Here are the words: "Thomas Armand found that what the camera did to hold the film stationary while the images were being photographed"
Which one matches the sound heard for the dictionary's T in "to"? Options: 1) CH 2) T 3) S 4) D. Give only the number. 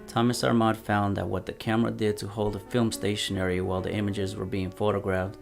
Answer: 2